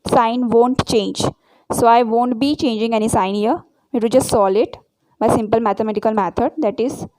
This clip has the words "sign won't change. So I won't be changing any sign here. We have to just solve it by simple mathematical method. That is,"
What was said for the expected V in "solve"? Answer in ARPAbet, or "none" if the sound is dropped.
none